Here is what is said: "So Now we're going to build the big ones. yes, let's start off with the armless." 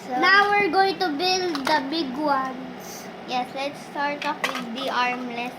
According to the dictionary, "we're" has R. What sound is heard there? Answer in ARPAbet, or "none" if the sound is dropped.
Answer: R